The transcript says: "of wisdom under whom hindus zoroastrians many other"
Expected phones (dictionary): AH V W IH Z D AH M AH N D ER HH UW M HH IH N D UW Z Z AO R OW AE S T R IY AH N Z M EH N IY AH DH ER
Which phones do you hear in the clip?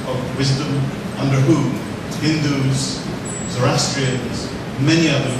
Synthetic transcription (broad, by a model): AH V W IH Z D AH M AH N D ER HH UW HH IH N D UW Z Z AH R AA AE S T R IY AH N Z M EH N IY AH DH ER